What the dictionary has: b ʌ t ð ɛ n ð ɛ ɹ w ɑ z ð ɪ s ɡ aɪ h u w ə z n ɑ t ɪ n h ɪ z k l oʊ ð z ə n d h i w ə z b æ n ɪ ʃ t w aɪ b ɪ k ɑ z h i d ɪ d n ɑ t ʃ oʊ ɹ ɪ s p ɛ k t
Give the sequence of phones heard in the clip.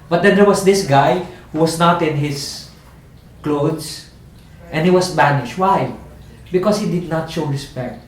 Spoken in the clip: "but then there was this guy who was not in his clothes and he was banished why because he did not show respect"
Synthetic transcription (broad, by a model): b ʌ t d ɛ n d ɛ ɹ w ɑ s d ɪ s ɡ aɪ h u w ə s n ɑ t ɪ n h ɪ s k l oʊ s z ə n h i w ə s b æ n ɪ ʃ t w aɪ b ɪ k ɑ s h i d ɪ d n ɑ t ʃ oʊ ɹ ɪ s p ɛ k t